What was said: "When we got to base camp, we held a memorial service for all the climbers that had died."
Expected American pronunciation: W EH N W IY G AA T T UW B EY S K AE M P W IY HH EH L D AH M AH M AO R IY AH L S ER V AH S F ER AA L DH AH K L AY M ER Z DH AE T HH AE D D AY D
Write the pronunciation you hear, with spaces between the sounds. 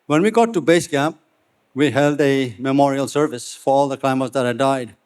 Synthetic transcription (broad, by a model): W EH N W IY G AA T T UW B EY S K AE P W IY HH EH L D AH M AH M AO R IY AH L S ER V AH S F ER AA L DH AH K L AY M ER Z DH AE T HH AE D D AY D